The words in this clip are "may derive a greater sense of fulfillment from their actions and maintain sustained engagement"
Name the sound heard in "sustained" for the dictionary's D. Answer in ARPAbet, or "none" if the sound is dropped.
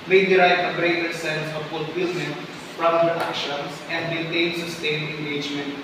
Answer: none